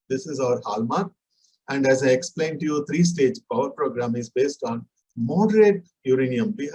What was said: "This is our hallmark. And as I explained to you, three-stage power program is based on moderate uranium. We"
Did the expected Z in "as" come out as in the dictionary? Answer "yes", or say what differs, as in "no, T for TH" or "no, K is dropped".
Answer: yes